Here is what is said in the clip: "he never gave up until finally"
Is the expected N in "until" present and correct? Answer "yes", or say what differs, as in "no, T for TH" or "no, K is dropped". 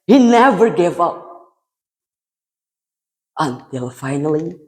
yes